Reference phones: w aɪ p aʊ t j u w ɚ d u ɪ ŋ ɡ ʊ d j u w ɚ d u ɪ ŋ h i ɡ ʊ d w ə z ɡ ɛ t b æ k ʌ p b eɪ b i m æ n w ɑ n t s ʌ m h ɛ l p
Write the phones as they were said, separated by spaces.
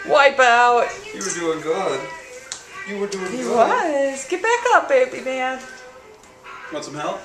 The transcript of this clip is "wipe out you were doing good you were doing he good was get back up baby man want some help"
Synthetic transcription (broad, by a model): w aɪ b aʊ t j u w ɚ d u ɪ ŋ ɡ ʊ d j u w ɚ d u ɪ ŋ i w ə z ɡ ɛ t b æ k ʌ p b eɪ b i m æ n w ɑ t s ʌ m h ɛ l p